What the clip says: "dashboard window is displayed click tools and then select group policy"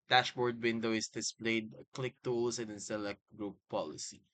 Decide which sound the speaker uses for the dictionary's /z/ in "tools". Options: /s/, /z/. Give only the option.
/s/